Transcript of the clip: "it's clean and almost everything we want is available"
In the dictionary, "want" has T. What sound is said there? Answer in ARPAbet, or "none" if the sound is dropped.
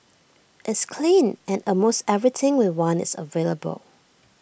none